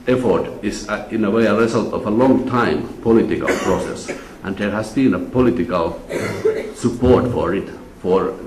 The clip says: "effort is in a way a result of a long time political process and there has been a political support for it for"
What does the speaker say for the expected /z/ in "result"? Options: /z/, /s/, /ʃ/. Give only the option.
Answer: /s/